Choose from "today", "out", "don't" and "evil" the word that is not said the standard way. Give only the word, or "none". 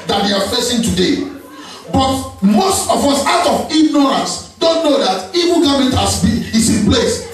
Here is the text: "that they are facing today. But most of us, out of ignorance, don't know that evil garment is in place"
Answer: evil